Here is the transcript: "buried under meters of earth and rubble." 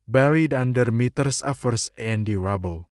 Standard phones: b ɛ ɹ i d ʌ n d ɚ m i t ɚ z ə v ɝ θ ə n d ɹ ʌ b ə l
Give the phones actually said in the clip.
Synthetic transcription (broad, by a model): b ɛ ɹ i d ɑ n d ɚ m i t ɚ s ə f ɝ s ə n d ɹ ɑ b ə l